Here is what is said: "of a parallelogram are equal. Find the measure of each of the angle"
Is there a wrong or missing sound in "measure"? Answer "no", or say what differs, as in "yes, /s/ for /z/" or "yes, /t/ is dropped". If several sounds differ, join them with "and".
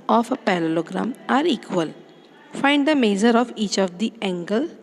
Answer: yes, /z/ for /ʒ/